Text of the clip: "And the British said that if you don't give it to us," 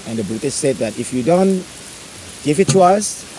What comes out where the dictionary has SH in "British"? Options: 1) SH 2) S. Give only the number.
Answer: 2